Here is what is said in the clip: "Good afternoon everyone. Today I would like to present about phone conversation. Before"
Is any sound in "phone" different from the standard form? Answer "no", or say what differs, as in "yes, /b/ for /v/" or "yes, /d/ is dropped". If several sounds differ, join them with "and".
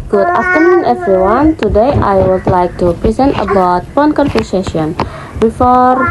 yes, /p/ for /f/